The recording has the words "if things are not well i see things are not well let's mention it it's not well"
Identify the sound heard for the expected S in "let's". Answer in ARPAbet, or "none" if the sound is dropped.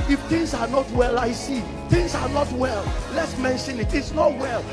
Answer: S